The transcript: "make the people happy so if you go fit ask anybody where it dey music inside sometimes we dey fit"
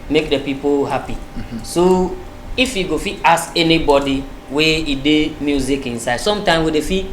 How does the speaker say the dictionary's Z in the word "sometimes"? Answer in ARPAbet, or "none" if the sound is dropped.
none